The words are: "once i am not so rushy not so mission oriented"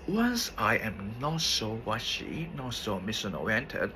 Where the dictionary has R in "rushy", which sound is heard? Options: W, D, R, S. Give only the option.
W